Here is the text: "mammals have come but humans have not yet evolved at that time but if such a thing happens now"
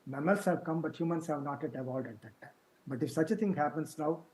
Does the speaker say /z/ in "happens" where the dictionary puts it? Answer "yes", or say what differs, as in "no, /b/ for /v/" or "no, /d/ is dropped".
no, /s/ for /z/